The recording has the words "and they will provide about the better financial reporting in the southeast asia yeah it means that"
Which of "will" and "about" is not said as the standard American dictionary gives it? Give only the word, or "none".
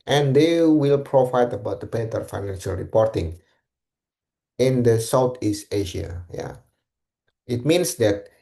none